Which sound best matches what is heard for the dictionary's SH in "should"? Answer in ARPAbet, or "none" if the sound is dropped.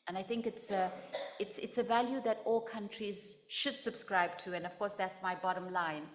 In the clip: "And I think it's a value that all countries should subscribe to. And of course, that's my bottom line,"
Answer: SH